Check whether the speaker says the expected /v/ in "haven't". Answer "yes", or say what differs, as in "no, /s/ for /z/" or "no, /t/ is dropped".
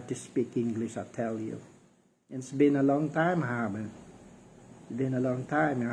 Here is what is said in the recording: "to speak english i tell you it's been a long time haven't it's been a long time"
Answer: no, /b/ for /v/